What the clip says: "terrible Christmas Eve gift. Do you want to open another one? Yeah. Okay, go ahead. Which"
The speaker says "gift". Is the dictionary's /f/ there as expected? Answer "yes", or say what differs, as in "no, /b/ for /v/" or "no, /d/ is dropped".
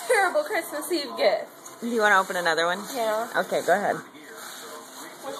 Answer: no, /f/ is dropped